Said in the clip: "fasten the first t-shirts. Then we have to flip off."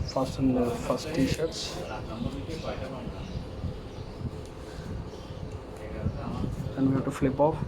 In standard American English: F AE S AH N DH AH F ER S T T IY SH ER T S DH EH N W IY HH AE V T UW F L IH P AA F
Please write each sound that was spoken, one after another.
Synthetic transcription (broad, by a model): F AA S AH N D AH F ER S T T IY SH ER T S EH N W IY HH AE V T UW F L IH P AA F